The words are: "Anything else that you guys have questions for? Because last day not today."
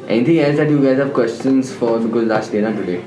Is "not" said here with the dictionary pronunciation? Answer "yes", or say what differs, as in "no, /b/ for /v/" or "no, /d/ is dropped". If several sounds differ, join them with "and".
no, /l/ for /n/